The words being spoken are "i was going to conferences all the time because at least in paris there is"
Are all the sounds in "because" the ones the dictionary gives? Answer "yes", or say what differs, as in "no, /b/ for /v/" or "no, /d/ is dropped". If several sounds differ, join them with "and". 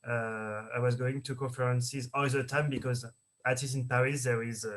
yes